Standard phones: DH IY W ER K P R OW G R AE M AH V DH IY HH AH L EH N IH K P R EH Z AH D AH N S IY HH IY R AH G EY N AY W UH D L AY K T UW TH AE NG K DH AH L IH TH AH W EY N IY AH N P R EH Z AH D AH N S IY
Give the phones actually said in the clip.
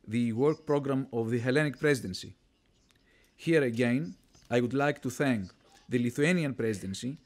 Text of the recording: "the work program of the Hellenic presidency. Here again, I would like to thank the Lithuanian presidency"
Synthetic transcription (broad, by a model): DH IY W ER K P R OW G R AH M AH V DH IY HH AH L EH N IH K P R EH Z AH D AH N S IY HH IY R AH G EY N AY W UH D L AY K T UW TH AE NG K DH AH L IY TH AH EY N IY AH N P R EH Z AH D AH N S IY